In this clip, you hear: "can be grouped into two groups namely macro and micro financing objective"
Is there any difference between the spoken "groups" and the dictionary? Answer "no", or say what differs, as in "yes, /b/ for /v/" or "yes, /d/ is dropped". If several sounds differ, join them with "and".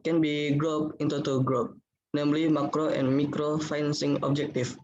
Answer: yes, /s/ is dropped